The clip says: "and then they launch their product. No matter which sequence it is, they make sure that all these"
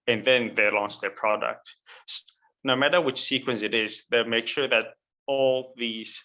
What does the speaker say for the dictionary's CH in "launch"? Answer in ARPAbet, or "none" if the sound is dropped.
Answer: S